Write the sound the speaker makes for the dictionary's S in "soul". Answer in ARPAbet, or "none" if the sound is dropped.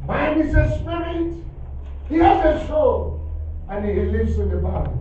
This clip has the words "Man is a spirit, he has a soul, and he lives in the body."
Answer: SH